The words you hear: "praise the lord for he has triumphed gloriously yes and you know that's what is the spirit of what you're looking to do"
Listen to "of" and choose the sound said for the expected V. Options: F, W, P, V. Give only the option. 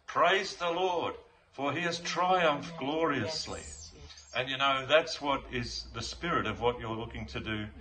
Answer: V